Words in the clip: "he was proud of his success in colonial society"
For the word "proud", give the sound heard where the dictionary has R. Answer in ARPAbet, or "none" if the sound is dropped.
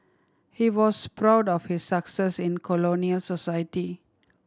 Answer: R